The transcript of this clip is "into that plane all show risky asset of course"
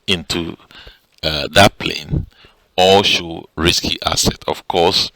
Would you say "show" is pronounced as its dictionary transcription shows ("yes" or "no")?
yes